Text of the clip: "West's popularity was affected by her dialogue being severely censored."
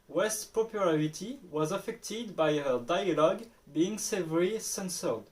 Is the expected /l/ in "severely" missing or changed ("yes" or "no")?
yes